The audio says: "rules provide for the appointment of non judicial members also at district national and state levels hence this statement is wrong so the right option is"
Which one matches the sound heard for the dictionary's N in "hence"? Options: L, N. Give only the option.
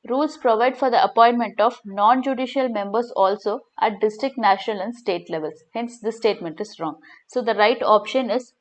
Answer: N